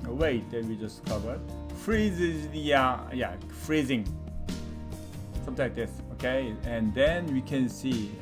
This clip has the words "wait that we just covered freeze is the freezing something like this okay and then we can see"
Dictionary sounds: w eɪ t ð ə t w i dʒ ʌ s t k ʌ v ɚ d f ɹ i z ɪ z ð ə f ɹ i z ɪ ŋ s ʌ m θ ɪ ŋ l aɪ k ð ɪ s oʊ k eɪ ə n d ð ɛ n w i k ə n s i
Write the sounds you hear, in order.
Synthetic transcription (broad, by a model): w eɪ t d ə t w i dʒ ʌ s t k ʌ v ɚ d f ɹ i z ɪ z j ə f ɹ i z ɪ ŋ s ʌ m t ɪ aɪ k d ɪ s oʊ k eɪ ə n d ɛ n w i k ə n s i